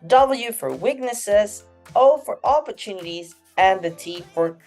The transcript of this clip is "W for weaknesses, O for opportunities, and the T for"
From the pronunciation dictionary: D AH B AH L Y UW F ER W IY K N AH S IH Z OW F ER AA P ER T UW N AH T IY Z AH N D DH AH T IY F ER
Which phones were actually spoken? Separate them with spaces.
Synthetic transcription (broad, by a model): D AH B L Y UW F ER W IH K N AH S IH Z OW F ER AA P ER T UW N AH T IY Z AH N DH AH T IY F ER